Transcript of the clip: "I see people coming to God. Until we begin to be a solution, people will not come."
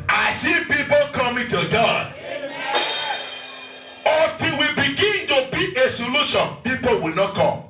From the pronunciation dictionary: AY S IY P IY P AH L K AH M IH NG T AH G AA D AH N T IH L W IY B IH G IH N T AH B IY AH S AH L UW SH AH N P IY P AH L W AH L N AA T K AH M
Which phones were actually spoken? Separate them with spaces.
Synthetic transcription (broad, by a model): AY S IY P IY P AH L K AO M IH T AH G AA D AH T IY W IY B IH G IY N T AH B IY AH S AH L UW SH AH N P IY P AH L W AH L N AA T K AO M